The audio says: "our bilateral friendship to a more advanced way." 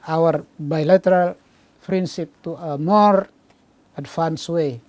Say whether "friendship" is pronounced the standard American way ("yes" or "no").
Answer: no